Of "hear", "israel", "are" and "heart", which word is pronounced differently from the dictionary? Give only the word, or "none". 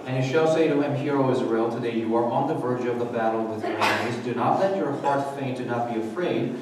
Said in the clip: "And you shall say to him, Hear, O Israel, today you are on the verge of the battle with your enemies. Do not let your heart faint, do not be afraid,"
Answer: none